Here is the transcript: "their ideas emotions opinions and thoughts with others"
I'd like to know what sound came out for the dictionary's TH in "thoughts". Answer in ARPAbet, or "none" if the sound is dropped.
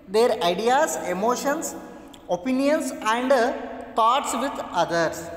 T